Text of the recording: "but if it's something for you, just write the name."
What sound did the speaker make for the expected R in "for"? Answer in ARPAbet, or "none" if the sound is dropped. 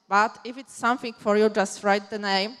R